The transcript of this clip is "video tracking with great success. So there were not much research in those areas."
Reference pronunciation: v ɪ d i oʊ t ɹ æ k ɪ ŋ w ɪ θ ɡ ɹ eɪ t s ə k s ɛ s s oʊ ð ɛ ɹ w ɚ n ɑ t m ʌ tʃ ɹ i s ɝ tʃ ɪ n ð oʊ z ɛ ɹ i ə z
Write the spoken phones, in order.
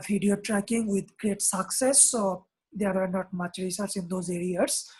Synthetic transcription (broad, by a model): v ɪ d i oʊ t ɹ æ k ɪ ŋ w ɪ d ɡ ɹ eɪ t s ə k s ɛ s s oʊ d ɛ ɹ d n ɑ t m ʌ tʃ ɹ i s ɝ s ɪ n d oʊ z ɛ ɹ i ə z